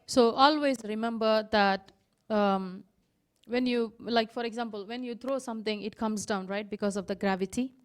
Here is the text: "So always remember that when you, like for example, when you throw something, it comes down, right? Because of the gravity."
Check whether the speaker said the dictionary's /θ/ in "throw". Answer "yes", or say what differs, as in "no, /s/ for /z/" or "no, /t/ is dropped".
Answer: no, /t/ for /θ/